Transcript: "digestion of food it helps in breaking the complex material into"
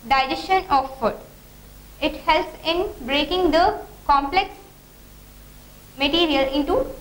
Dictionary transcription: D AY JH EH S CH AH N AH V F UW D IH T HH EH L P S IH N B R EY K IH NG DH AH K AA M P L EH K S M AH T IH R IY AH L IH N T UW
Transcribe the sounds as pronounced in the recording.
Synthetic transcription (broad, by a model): D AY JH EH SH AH N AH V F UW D IH T HH EH L P S IH N B R EY K IH NG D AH K AA M P L EH K S M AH T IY R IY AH L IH N T UW